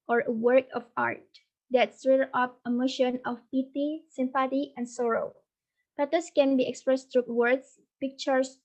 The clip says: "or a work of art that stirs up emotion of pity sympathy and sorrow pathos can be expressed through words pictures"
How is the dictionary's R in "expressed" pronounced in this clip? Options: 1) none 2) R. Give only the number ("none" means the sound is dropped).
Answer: 2